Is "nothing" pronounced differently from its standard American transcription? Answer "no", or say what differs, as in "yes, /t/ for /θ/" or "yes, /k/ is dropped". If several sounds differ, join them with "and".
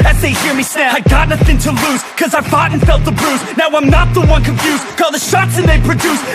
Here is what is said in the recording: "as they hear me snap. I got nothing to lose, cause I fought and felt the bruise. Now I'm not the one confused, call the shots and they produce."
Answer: no